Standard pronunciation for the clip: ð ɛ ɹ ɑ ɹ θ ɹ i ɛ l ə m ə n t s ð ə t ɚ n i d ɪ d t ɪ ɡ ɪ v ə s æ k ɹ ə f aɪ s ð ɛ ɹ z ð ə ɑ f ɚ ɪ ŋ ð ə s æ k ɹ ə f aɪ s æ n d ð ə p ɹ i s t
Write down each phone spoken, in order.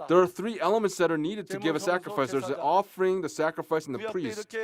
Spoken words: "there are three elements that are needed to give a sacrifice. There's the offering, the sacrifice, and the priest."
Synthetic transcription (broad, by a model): ð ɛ ɹ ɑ ɹ θ ɹ i ɛ l ə m ə n t s ð ə t ɚ n i d ɪ d t ɪ ɡ ɪ v ə s æ k ɹ ə f aɪ s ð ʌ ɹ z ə ɑ f ɚ ɪ ŋ ð ə s æ k ɹ ə f aɪ s n ð ə p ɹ i s t